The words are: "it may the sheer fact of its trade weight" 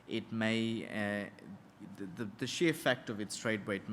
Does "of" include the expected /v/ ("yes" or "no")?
yes